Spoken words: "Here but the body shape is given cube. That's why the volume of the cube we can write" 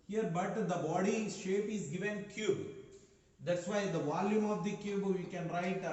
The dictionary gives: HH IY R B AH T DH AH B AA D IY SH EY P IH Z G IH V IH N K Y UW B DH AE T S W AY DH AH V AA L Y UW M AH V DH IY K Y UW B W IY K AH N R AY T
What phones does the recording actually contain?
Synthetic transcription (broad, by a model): HH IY R B AH T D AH B AA D IY SH EY P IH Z G IH V IH N K Y UW B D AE T S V AY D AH V AA L Y UW M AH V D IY K Y UW B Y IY K AH N R AY T